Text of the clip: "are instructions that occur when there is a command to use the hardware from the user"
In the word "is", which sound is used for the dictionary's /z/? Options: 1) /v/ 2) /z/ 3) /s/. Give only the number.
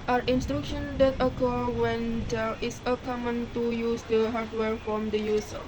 3